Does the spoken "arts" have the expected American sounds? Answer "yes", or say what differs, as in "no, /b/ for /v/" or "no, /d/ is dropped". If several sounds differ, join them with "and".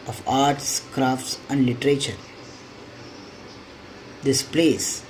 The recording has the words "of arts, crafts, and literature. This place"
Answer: yes